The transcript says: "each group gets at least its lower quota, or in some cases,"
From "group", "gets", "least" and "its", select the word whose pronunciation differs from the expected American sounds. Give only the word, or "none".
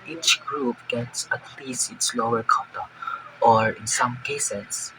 least